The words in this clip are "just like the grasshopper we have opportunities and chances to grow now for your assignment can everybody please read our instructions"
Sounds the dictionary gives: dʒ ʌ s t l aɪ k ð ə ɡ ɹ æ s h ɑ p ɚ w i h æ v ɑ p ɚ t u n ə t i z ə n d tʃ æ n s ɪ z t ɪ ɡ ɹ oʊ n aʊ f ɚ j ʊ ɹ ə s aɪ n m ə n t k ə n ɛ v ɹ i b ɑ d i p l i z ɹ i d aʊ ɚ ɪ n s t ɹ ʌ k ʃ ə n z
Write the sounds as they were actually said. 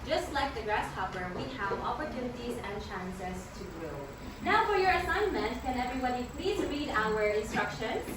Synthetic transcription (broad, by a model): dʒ ʌ s t l aɪ k ð ə ɡ ɹ æ s h ɑ p ɚ w i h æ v ɑ p ɚ t u n ə t i z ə n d tʃ æ n s ɪ z t ɪ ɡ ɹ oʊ n aʊ f ɚ j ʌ ɹ ə s aɪ n m ə n t k ə n ɛ v ɹ i b ɑ d i p l i z ɹ i d aʊ ɚ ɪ n s t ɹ ʌ k ʃ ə n